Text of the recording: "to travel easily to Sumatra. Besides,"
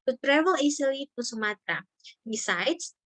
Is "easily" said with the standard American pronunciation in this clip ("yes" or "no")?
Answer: no